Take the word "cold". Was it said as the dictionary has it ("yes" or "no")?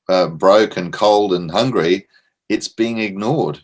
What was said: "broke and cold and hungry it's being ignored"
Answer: yes